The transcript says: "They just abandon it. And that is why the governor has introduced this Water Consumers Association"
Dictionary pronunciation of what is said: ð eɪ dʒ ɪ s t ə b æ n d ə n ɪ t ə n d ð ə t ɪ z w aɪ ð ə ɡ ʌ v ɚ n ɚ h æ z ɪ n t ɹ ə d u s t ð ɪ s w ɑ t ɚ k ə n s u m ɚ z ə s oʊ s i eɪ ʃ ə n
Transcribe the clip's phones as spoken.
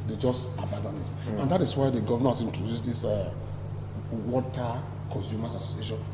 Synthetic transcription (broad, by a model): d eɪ dʒ ɪ s t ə b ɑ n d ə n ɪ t ə n d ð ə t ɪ s w aɪ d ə ɡ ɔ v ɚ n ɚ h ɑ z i n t ɹ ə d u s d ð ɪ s w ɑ t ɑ k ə n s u m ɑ s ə s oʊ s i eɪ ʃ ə n